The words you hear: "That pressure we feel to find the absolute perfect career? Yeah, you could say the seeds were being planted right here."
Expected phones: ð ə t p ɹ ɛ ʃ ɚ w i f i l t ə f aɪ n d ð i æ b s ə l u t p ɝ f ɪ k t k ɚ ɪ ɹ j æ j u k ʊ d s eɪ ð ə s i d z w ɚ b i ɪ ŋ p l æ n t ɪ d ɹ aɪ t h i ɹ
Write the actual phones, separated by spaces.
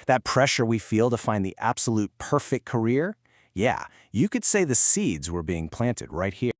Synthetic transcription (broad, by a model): ð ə t p ɹ ɛ ʃ ɚ w i f i l t ə f aɪ n ð i æ b s ə l u t p ɝ f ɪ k k ɚ ɪ ɹ j æ j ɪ k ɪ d s eɪ ð ə s i d z w ɚ b i ɪ ŋ p l æ n t ɪ d ɹ aɪ t h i